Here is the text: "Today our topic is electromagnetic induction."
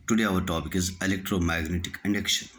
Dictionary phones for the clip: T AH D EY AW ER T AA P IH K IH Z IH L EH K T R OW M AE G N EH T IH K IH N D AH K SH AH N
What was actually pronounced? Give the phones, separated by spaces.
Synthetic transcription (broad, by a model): T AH D EY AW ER T AA P IH K IH Z IH L EH K T R OW M AE G N EH T IH K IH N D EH K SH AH N